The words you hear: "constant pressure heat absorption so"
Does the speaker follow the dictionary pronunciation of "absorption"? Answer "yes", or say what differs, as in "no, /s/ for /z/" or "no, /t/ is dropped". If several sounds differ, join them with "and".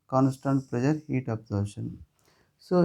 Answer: no, /p/ is dropped